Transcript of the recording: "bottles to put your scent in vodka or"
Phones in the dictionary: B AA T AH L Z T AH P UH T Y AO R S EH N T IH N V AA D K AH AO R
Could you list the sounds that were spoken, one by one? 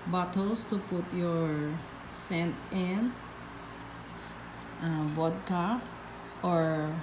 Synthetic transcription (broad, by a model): B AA T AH L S T AH P UH T Y AO R S EH N T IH N B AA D K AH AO R